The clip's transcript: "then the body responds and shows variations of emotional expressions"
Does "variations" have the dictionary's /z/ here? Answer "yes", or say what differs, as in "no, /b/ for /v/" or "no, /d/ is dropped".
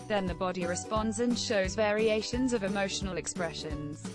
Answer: yes